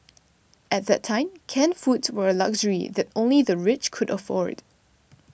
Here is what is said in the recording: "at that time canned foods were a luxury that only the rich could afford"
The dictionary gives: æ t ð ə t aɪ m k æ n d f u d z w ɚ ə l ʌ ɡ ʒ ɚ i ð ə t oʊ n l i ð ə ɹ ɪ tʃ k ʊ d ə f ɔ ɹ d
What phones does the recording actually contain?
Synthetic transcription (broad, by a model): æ t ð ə t aɪ m k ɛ n f u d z w ɚ ə l ʌ ɡ ʒ ɚ i ð ə t oʊ n l i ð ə ɹ ɪ tʃ k ʊ d ə f ɔ ɹ d